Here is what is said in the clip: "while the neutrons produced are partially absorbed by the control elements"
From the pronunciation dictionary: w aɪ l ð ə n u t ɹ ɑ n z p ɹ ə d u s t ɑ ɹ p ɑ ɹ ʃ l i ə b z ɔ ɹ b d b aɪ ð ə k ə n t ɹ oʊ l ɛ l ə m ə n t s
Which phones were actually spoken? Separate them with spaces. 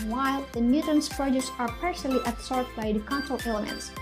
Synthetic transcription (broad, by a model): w aɪ l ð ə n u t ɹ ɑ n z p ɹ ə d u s ɑ ɹ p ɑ ɹ s l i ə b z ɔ ɹ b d b aɪ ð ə k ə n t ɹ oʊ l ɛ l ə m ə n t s